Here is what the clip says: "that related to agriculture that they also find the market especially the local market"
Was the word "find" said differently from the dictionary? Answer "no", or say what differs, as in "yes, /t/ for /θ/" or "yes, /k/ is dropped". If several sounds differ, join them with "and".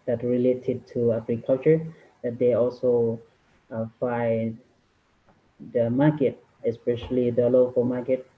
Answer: yes, /n/ is dropped